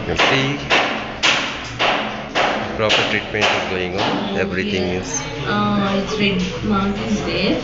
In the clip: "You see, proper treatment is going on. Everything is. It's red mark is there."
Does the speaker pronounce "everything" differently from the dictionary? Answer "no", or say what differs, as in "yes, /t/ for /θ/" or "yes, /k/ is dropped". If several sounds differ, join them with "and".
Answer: yes, /t/ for /θ/